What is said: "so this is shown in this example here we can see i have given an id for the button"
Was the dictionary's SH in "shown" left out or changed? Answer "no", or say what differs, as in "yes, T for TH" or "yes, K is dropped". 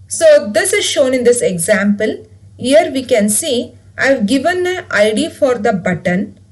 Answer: no